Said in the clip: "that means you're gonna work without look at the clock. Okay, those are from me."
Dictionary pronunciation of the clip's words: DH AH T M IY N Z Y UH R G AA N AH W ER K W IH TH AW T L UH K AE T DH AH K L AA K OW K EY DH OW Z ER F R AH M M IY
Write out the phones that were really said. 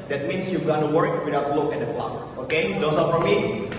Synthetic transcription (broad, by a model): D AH T M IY N S Y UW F G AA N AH W ER K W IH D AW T L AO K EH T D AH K L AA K OW K EY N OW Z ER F R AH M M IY